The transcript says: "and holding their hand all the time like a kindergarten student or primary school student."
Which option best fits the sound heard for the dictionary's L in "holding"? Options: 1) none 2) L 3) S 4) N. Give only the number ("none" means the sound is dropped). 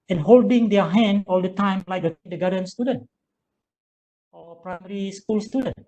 2